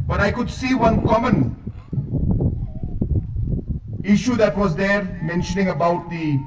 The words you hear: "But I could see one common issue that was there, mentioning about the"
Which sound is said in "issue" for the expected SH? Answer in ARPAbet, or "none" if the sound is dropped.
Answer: SH